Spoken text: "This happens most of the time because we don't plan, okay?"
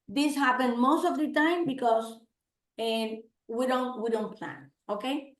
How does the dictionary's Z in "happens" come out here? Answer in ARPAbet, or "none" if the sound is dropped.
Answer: none